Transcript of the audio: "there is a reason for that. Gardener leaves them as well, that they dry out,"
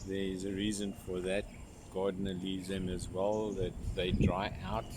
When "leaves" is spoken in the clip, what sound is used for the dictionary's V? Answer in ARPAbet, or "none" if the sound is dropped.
none